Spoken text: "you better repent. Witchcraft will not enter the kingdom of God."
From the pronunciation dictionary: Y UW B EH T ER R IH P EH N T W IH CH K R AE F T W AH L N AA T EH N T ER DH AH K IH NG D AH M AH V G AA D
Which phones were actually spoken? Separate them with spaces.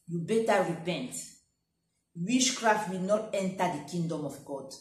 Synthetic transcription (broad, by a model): Y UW B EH T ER R IH P EH N T W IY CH K R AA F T W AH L N AA T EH N T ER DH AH K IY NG D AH M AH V G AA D